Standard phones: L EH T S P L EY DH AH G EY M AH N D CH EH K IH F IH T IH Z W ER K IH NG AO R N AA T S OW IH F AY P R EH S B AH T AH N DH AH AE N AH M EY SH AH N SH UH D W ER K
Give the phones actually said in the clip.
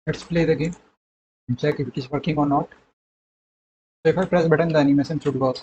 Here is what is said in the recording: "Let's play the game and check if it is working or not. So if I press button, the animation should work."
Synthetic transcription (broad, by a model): L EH T S P L EY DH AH G EY M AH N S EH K IH F IH T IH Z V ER K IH NG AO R N AA T S OW IH F AY P R EH S B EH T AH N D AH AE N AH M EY S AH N S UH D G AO